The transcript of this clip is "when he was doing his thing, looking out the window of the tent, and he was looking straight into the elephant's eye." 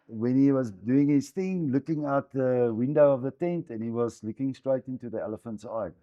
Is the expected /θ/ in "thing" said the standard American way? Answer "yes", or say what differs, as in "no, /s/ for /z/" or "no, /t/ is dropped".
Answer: yes